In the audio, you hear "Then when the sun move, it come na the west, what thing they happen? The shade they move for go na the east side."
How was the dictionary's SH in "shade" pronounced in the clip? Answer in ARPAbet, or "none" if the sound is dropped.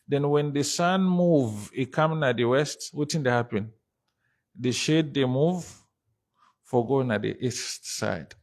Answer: SH